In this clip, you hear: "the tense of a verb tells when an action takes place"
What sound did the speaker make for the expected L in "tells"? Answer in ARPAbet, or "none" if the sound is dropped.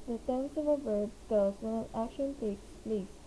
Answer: none